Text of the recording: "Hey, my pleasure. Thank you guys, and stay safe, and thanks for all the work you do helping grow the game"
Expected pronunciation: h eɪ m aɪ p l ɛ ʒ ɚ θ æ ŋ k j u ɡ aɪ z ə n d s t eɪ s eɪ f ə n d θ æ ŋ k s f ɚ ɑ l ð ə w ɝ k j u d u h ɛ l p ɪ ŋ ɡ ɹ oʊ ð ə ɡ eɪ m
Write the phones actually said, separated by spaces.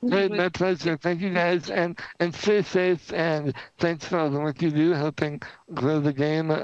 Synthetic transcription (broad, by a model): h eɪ m aɪ p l ɛ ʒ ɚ θ æ ŋ k j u ɡ aɪ z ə n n s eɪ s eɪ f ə n θ æ ŋ k s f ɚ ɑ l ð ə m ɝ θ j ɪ d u h ɛ l p ɪ ŋ ɡ ɹ oʊ ð ə ɡ eɪ m